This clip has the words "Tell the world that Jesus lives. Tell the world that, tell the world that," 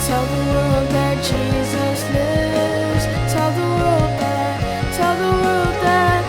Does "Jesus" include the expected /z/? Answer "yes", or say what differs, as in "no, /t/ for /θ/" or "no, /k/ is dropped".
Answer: yes